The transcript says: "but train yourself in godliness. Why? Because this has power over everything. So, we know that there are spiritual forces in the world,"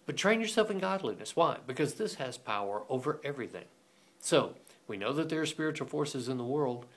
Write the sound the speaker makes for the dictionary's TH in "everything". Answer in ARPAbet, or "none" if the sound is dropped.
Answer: TH